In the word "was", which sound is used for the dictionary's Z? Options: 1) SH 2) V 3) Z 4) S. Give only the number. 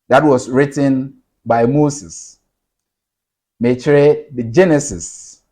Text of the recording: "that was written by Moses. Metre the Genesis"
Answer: 4